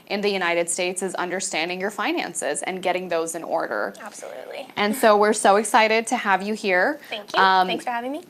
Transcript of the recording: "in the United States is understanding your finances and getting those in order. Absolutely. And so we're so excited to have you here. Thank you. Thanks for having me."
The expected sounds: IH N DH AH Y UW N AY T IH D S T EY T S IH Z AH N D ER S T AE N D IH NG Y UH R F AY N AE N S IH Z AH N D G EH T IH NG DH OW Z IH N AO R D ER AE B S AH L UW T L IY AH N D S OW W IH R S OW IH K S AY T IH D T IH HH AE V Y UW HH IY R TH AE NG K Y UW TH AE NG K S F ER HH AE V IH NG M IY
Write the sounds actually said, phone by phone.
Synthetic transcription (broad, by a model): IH N DH AH Y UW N AY T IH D S T EY T S IH Z AH N D ER S T AE N D IH NG Y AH R F AY N AE N S IH Z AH N G EH T IH NG DH OW Z IH N AO R D ER AE B S AH L UW T L IY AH N S OW W IH R S OW IH K S AY T IH D T IH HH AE V Y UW HH IY R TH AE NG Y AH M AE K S F ER HH AE V IH NG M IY